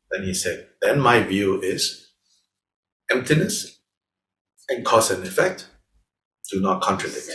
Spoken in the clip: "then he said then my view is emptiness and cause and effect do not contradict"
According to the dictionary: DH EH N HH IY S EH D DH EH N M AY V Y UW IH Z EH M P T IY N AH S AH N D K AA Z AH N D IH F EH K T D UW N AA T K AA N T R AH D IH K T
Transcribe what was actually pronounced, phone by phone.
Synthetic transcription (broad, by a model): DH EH N HH IY S EH D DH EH N M AY V Y UW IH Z EH M P T IY N AH S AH N K AA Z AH N IH F EH K T D UW N AA T K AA N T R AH D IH K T